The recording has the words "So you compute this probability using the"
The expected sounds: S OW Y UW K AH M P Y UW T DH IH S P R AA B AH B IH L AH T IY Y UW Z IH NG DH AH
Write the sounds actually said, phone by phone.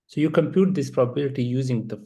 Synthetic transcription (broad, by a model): S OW Y UW K AH M P Y UW T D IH S P R AA B AH B IH L AH T IY Y UW Z IH NG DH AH